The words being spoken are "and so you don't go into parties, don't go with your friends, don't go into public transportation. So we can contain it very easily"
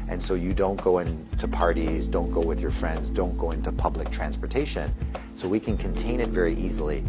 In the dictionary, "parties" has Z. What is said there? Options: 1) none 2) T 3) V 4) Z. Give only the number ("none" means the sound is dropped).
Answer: 4